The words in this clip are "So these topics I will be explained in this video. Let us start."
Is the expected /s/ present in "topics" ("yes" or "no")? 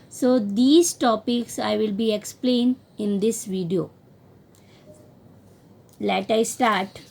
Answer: yes